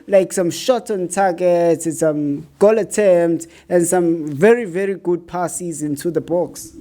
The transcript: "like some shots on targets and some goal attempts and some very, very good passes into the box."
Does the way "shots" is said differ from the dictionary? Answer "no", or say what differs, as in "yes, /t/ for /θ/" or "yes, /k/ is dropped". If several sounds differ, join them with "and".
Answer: yes, /s/ is dropped